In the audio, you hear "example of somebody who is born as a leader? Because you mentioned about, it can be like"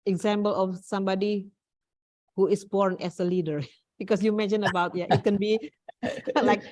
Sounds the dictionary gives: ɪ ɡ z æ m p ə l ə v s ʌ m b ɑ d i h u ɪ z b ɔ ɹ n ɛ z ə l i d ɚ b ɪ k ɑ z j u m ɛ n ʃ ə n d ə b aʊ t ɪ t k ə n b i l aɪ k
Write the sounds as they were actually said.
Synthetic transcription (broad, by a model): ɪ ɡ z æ m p ə l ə f s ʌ m b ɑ d i h u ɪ s b ɔ ɹ n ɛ s ə l i d ɚ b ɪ k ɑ s j u m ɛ n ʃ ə n ə b aʊ t ɪ t k ə n b i l aɪ k